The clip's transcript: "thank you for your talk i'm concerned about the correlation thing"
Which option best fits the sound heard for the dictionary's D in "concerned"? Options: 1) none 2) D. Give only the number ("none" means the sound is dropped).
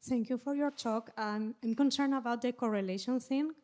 1